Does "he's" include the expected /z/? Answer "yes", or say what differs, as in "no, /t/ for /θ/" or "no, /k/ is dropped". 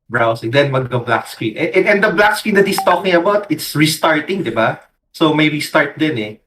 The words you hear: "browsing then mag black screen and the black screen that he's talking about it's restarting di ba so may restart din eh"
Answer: no, /s/ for /z/